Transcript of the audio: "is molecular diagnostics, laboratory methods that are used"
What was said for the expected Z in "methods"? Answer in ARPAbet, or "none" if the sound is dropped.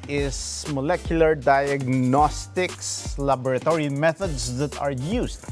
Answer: S